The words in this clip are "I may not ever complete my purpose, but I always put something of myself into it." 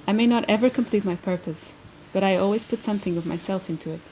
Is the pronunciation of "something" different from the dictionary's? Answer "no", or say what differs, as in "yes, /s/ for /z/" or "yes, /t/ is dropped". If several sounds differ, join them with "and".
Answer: no